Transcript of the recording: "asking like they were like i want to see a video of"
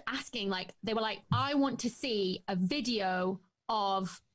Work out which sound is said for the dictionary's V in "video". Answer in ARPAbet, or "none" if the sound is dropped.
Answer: V